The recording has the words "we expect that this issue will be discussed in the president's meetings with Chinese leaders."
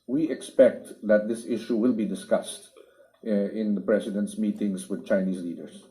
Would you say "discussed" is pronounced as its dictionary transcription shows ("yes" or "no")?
yes